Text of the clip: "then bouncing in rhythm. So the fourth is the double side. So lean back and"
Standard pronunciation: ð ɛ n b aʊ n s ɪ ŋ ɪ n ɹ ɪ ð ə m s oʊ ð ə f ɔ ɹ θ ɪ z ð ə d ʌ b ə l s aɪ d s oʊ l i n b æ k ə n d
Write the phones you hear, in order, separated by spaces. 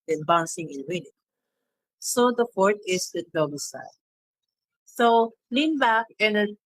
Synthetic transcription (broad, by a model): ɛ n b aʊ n s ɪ ŋ ɪ n w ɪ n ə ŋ s oʊ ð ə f ɔ ɹ t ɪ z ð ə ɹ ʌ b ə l s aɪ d s oʊ l i n b æ k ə n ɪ